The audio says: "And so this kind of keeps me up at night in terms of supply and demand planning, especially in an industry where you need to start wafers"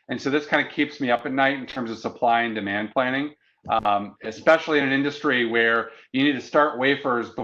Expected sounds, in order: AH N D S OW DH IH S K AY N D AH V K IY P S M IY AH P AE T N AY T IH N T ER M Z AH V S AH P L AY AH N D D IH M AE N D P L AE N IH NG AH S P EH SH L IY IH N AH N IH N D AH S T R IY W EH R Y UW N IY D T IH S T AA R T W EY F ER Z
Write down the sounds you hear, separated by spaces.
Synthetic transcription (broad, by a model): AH N S OW DH IH S K AY N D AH K IY P S M IY AH P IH T N AY T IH N T ER M Z AH V S AH P L AY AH N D D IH M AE N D P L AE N IH NG AH S P EH SH L IY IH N AH N IH N D AH S T R IY W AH R Y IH N IY D T IH S T AA R T W EY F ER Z